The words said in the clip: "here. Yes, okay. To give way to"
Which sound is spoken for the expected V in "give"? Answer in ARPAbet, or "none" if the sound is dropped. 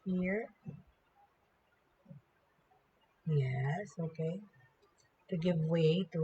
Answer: V